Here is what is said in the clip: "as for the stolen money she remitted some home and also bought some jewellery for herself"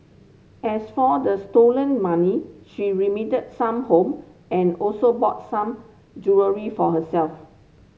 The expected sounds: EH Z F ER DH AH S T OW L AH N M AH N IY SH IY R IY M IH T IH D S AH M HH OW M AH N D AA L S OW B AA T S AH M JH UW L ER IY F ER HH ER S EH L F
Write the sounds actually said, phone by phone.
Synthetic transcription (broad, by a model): EH S F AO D AH S T OW L AH N M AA N IY SH IY R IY M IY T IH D S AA M HH OW M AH N AA L S OW B AA T S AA M JH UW ER IY F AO HH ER S EH L F